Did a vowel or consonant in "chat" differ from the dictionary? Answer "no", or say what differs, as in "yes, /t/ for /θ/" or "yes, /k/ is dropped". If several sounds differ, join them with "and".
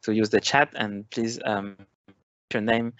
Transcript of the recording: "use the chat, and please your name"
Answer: no